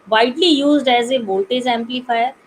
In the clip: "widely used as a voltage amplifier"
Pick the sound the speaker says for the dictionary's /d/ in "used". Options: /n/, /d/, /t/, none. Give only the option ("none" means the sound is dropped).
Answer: /d/